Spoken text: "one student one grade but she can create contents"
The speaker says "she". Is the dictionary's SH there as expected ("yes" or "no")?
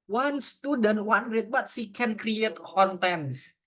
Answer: no